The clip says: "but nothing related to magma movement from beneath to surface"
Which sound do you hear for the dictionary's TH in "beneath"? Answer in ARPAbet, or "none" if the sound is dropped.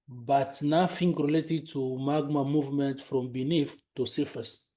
F